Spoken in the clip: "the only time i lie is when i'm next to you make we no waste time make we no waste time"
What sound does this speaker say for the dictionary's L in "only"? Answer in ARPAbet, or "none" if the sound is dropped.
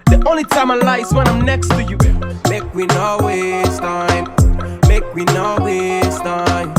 L